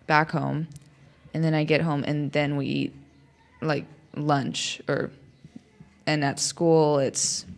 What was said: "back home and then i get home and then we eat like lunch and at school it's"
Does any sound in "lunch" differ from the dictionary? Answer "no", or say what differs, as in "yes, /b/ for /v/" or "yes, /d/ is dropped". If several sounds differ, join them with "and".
no